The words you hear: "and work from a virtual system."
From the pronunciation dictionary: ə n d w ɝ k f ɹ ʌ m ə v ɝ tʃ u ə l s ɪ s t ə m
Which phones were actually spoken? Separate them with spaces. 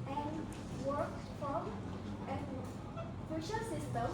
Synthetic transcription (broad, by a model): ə n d w ɝ k f ɹ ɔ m ə f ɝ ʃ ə s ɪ s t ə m